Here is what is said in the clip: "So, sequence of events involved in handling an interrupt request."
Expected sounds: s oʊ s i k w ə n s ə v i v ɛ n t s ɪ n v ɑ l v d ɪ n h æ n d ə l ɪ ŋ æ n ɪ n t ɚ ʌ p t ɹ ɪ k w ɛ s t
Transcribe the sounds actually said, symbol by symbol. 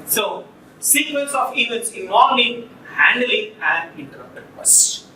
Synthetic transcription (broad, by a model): s oʊ s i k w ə l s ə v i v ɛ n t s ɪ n ɑ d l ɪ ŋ h æ n d ə l ɪ ŋ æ n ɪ n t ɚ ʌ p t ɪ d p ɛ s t